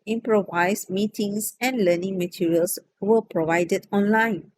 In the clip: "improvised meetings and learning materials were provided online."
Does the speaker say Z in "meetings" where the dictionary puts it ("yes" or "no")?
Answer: no